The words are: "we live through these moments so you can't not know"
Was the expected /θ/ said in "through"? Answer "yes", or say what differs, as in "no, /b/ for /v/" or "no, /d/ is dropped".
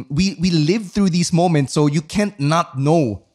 yes